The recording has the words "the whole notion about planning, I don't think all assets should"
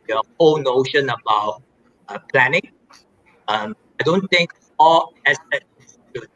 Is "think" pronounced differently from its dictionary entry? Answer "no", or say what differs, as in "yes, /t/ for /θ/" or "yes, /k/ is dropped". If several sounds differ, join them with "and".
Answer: yes, /t/ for /θ/